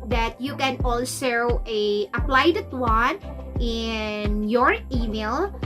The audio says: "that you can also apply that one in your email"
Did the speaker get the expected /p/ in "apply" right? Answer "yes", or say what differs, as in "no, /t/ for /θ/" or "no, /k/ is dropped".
yes